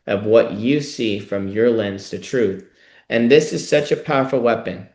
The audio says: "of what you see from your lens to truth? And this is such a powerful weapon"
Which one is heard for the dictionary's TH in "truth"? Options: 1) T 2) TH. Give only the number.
2